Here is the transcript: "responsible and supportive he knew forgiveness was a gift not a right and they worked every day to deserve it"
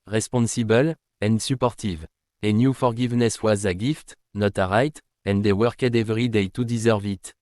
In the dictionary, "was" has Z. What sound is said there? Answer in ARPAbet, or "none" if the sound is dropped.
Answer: Z